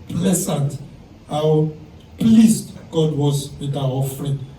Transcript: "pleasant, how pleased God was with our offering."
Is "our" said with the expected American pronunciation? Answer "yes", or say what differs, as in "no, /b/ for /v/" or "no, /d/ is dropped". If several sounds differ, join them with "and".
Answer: no, /w/ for /ɹ/